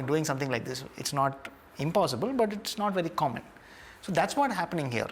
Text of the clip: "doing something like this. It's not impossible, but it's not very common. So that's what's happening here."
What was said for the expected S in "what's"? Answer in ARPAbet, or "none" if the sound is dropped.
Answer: none